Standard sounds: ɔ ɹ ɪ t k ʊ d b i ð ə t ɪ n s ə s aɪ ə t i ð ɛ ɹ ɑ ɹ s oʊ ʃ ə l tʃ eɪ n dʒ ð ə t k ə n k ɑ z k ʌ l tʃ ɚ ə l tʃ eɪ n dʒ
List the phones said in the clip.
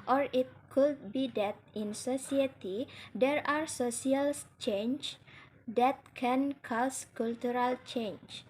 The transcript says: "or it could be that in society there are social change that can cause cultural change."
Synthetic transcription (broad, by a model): ɔ ɹ ɪ t k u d b i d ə t ɪ n s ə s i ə t i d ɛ ɹ ɑ ɹ s oʊ s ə l tʃ eɪ n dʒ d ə t k ə n k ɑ s k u l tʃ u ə l tʃ eɪ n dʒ